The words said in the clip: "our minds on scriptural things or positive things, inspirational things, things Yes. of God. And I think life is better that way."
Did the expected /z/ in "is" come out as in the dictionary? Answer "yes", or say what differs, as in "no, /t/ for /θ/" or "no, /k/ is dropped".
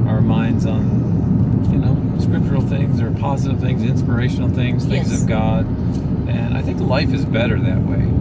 yes